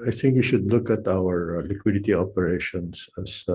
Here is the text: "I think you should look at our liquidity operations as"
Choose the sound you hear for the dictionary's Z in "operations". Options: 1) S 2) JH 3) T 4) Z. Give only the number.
1